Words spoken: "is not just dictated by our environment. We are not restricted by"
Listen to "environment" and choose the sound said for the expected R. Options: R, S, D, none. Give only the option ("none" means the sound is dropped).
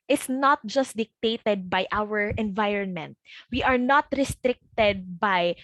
R